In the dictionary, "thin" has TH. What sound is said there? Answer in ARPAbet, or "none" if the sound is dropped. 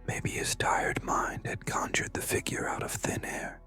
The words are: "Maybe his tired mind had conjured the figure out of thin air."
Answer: TH